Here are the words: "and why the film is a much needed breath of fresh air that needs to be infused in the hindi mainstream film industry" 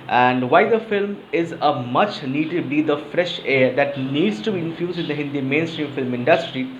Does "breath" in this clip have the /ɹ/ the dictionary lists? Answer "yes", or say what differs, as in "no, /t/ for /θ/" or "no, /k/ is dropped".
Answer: no, /ɹ/ is dropped